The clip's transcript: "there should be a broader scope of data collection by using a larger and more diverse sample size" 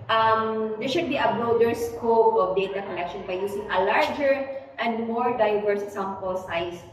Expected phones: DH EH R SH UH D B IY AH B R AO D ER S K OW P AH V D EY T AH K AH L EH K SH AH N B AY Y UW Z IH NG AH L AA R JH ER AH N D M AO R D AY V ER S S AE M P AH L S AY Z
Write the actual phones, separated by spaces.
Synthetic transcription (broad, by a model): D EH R SH UH D B IY AH B R AO D ER S K OW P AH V D EY T AH K AH L EH K SH AH N B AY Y UW S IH NG AH L AA R JH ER AH N D M AO R D AY V ER S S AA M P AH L S AY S